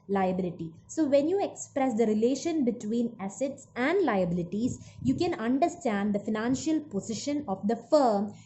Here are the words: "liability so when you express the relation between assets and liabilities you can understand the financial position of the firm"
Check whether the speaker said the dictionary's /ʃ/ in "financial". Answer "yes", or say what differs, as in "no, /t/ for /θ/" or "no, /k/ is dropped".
yes